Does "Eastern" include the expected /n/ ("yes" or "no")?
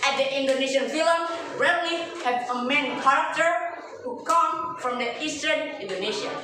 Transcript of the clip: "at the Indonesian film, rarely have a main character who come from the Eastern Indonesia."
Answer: yes